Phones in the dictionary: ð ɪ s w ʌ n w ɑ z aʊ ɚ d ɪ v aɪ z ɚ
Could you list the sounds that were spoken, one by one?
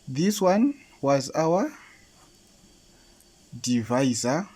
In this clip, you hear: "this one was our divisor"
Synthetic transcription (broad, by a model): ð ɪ s w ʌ n w ɑ z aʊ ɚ d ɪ v aɪ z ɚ